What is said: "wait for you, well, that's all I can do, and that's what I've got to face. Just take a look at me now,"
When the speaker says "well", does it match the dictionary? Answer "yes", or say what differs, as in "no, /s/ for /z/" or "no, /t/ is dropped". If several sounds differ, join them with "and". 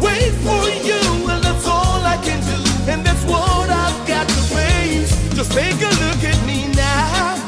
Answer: no, /n/ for /l/